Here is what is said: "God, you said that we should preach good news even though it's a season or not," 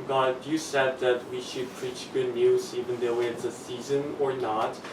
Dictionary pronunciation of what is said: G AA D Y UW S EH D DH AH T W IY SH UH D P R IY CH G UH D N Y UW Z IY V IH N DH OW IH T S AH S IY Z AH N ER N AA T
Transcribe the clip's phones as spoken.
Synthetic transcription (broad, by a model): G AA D Y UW S EH D DH AH T W IY SH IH D P R IY CH G UH D N Y UW Z IY V IH N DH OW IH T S AH S IY Z AH N ER N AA T